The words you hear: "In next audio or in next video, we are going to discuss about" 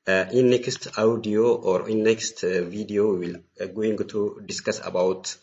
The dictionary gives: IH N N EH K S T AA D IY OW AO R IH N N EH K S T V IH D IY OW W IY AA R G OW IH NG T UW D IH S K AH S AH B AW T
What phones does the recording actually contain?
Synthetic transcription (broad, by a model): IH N N EH K S T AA D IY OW AO R IH N N EH K S T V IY D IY OW W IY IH L G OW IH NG T UW D IH S K AH S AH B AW T